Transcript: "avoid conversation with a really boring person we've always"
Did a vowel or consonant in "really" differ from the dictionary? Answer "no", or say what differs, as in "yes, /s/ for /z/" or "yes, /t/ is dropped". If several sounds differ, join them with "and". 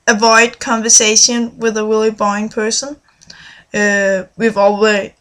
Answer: yes, /w/ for /ɹ/